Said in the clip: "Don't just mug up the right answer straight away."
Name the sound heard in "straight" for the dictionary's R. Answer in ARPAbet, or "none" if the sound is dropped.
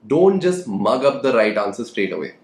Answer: R